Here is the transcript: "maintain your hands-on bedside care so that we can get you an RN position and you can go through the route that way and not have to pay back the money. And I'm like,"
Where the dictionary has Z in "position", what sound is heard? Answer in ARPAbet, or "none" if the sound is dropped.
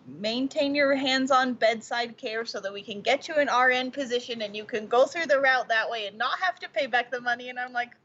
Z